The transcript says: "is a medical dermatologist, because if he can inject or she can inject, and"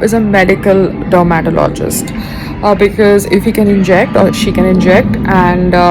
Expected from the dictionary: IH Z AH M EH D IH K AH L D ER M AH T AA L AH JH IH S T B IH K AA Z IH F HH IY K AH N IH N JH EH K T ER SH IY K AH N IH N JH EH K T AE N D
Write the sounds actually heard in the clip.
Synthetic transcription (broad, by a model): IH Z AH M EH D IH K AH L D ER M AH T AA L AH JH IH S T B IH K AA Z IH F HH IY K AH N IH N JH EH K T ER SH IY K AH N IH N JH EH K T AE N D